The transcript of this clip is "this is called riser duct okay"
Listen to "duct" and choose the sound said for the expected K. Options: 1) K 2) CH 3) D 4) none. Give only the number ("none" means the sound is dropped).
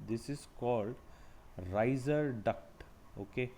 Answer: 1